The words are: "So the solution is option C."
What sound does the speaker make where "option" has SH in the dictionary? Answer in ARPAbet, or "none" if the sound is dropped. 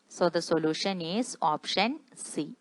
SH